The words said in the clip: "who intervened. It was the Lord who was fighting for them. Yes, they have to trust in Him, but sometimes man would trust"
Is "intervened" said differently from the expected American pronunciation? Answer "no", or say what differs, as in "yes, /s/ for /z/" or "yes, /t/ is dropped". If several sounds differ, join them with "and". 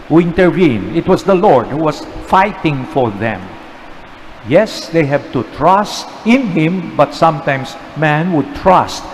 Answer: yes, /v/ is dropped and /d/ is dropped